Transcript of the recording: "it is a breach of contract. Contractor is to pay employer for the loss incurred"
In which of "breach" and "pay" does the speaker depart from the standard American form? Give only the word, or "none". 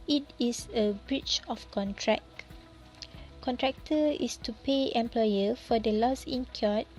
none